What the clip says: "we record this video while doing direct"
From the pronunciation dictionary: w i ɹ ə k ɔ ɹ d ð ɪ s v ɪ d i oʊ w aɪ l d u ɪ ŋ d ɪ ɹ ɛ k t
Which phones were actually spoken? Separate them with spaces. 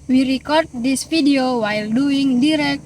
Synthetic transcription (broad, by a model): w i ɹ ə k ɔ ɹ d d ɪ s f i d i oʊ w aɪ l d u ɪ ŋ d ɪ ɹ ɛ k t